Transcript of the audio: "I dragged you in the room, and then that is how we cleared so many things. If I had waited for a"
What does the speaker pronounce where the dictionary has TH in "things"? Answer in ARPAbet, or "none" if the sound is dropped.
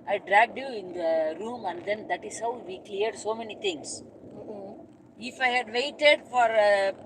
T